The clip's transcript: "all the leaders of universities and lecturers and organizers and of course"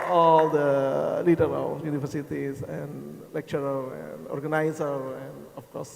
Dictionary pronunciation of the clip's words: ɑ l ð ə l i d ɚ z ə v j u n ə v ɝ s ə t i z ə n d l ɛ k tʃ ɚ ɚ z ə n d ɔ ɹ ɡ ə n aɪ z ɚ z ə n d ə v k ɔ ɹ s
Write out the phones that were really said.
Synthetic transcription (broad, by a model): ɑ l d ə l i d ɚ ə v j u n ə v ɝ s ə t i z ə n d l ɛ k tʃ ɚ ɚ ə n d ɔ ɹ ɡ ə n aɪ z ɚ ə n d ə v k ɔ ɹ s